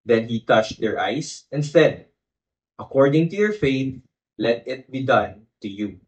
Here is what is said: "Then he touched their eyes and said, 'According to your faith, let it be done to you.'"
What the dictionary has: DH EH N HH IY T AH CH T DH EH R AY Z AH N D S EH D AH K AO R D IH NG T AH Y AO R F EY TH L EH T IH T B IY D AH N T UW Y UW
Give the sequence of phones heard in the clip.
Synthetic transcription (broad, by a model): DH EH N HH IY T AH CH T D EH R AY S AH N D S EH D AH K AO R D IH NG T AH Y AO R F EY T L EH T IH T B IY D AH N T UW Y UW